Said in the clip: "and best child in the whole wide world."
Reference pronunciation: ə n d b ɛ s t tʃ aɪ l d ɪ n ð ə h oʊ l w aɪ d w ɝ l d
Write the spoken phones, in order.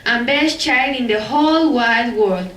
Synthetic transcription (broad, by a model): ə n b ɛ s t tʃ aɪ d ɪ n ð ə h oʊ l w aɪ d w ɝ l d